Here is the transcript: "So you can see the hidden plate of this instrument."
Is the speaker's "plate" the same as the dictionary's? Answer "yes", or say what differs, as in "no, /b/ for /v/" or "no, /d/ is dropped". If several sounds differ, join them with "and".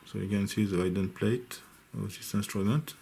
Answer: no, /t/ is dropped